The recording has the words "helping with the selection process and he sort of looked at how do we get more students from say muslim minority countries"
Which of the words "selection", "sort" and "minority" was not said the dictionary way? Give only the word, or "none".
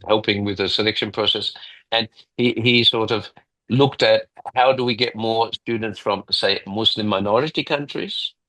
none